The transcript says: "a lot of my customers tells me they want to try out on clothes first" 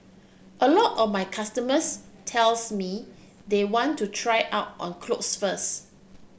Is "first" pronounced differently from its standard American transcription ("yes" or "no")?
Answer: yes